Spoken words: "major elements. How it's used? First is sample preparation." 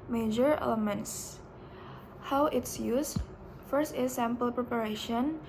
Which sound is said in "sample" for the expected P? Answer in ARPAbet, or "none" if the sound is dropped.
P